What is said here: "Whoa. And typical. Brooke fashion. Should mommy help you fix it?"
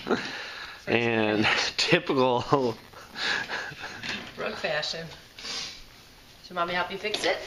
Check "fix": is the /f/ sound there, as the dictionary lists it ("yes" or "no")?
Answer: yes